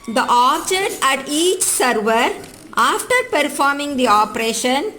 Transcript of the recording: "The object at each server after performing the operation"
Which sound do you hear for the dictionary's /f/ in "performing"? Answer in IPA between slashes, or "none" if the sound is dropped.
/f/